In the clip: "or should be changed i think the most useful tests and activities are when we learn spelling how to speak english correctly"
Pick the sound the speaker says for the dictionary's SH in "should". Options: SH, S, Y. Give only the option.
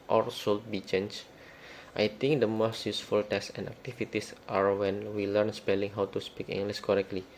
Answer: S